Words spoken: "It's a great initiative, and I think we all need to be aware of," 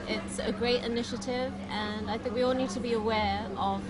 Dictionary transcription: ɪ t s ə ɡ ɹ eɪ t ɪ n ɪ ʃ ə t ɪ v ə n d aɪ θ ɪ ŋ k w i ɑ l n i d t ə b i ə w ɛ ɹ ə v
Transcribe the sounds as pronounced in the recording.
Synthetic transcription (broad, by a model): ɪ t s ə ɡ ɹ eɪ t ɪ n ɪ ʃ ə t ɪ v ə n aɪ θ ɪ ŋ k w i ɑ l n i d t ə b i ə w ɛ ɹ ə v